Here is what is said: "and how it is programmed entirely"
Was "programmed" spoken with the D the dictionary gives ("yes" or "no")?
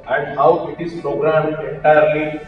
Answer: no